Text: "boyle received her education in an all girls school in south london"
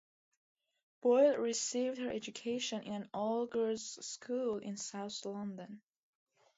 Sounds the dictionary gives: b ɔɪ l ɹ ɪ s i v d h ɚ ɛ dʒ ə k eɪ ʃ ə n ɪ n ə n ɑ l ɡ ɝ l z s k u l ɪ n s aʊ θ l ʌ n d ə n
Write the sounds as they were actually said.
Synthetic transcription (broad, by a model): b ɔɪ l ɹ ɪ s i v d h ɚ ɛ dʒ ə k eɪ ʃ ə n ɪ n ə n ɑ l ɡ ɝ z s k u l ɪ n s aʊ θ l ʌ n d ə n